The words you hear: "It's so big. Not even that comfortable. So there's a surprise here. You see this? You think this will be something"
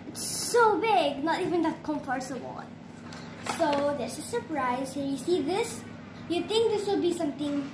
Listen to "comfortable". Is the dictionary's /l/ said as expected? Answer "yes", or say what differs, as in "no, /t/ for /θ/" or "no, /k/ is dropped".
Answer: no, /n/ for /l/